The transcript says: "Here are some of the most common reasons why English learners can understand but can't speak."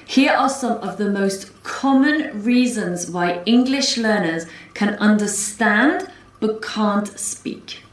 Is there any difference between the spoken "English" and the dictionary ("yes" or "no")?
no